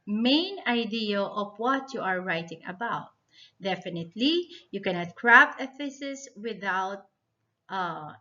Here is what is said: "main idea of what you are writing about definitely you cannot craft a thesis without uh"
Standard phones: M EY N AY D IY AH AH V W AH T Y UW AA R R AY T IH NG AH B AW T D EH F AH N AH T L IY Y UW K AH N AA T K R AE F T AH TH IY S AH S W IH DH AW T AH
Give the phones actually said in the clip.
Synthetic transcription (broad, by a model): M EY N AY D IY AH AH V W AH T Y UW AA R R AY T IH NG AH B AW T D EH F AH N AH T L IY Y UW K AH N AA T K R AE P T AH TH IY S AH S W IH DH AW T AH